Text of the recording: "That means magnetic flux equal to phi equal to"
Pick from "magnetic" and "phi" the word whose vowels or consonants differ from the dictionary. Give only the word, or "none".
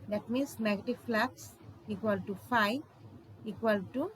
magnetic